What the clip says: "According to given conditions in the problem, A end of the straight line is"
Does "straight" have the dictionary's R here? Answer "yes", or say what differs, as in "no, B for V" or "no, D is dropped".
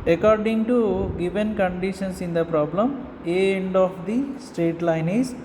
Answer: yes